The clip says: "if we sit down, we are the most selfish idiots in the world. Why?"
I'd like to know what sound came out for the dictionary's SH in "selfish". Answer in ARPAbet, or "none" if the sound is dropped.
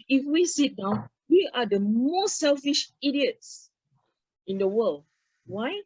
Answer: SH